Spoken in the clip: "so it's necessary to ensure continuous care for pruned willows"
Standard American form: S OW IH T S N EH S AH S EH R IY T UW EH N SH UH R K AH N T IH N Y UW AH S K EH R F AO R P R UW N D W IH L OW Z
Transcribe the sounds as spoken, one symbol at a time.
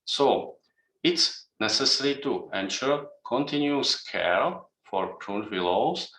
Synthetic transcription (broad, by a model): S OW IH T S N EH S AH S EH R IY T UW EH N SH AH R K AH N T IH N Y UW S K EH L F AO R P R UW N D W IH L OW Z